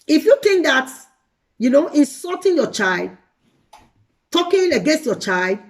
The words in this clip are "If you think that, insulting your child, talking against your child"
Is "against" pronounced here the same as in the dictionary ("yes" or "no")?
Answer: yes